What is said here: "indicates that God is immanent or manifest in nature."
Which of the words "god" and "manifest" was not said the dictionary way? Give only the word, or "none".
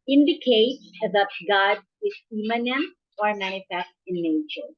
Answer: manifest